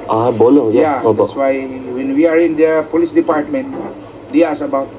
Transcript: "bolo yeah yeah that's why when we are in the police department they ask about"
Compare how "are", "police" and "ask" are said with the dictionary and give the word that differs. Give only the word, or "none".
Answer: ask